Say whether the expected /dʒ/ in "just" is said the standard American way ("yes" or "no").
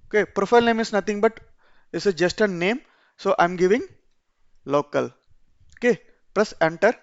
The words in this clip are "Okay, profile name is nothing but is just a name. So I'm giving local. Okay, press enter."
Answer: yes